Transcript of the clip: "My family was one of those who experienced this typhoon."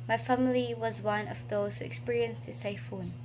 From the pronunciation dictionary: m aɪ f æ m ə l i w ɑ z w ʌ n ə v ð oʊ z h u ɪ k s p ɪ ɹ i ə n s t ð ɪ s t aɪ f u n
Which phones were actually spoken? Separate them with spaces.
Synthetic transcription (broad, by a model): m aɪ f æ m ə l i w ɑ z w ʌ n ə v ð oʊ z h u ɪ k s p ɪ ɹ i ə n s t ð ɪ s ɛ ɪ f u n